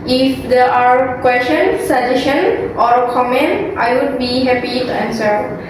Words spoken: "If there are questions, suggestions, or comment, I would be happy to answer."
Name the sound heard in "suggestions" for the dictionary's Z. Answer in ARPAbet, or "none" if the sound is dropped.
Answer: none